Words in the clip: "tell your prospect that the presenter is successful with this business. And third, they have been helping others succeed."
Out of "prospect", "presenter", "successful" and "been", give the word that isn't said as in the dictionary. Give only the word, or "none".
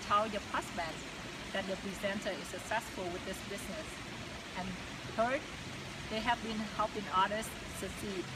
prospect